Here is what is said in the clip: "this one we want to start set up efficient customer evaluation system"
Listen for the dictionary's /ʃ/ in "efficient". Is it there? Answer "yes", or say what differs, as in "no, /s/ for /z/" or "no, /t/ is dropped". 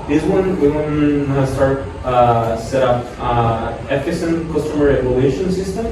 no, /s/ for /ʃ/